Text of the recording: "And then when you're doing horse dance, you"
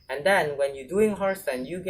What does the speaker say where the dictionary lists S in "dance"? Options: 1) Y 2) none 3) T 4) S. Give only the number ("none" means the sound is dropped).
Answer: 2